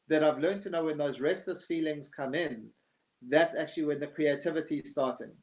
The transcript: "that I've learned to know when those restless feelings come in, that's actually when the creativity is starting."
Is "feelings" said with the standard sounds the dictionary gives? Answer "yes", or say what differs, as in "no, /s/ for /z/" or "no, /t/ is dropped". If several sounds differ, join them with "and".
yes